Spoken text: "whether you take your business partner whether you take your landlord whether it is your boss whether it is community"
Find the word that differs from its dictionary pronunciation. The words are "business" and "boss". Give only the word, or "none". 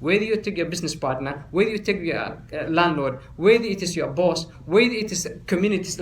business